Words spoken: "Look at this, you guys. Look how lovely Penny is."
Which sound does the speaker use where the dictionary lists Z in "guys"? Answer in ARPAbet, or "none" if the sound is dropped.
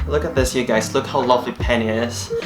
S